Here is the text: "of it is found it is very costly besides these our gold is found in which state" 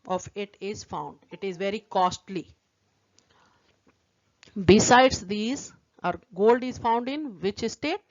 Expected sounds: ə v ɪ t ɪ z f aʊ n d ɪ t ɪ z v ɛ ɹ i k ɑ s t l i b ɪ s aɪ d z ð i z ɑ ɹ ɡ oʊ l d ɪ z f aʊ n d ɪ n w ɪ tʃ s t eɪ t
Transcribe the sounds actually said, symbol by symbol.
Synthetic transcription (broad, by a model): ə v ɪ t ɪ z f aʊ n d ɪ t ɪ z v ɛ ɹ i k ɑ s t l i b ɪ s aɪ d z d i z ɑ ɹ ɡ oʊ l d ɪ z f aʊ n d ɪ n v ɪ tʃ s t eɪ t